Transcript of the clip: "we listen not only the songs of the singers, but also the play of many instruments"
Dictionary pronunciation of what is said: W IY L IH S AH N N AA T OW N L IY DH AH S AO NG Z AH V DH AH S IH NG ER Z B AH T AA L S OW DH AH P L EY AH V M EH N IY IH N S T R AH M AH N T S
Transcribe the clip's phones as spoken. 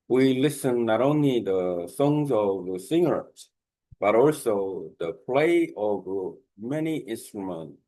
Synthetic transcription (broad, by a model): W IY L IH S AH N N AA T OW N L IY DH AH S AO NG Z AH V DH AH S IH NG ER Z B AH T AA L S OW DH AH P L EY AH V M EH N IY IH N S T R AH M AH N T S